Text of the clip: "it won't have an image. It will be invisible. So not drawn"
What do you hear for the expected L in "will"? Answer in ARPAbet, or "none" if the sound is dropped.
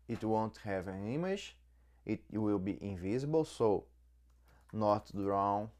L